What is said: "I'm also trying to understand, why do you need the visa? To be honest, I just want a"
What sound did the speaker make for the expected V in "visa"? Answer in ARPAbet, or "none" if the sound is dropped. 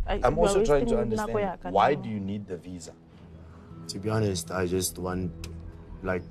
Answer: V